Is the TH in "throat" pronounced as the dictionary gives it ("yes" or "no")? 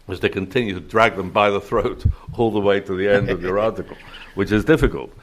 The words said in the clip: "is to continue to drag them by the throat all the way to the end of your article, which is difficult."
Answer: yes